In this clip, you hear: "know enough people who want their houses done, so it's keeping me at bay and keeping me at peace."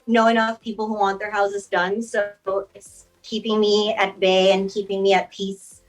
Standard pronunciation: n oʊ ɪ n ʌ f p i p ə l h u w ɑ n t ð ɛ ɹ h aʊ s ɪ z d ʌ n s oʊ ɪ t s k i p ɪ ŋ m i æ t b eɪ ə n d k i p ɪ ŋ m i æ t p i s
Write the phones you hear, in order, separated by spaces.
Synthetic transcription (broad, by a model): n oʊ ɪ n ʌ f p i p l h u w ɑ n ð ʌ ɹ h aʊ s ɪ z d ʌ n s oʊ ɪ t s k i p ɪ ŋ m i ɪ t b eɪ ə n k i p ɪ ŋ m i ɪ t p i s